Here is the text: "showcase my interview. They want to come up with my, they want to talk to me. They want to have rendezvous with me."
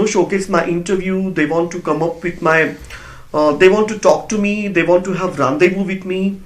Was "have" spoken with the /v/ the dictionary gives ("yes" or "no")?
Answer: yes